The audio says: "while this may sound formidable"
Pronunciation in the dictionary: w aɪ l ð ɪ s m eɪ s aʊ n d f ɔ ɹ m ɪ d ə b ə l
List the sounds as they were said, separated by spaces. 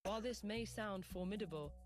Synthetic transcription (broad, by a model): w aɪ l ð ɪ s m eɪ s aʊ n d f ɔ m ɪ d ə b ə l